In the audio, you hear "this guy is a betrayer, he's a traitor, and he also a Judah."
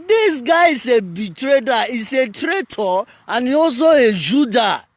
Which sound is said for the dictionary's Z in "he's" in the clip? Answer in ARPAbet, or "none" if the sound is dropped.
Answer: S